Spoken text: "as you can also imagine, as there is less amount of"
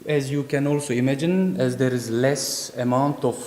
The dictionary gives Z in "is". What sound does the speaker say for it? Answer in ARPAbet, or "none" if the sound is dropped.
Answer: Z